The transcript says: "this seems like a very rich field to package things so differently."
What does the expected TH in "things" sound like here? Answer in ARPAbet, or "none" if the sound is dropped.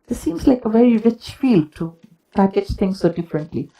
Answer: T